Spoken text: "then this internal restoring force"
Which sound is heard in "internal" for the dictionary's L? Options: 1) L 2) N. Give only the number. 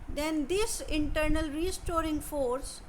1